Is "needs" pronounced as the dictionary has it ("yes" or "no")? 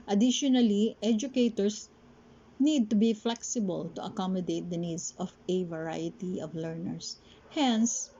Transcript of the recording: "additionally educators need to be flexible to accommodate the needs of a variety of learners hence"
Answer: no